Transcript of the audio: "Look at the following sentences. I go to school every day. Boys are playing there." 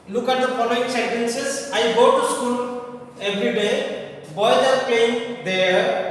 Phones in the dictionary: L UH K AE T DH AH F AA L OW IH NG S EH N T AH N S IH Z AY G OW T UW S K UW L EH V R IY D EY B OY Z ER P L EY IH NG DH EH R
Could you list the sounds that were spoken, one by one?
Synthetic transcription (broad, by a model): L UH K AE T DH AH P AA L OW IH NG S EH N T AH N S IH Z AY G OW T UW S K UW L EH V R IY D EY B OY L ER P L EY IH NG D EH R